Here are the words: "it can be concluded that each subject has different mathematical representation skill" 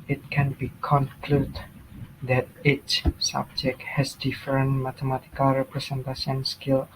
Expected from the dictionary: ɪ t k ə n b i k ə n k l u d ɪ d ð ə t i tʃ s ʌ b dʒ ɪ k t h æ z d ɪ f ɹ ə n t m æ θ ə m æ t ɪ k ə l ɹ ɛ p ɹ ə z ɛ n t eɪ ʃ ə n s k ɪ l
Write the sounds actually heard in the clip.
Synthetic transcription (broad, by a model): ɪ t k ə n b i k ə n k l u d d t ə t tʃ s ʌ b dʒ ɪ k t h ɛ s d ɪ f ɹ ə n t m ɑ t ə m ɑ t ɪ k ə l ɹ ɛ p ɹ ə s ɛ n t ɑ s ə n s k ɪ l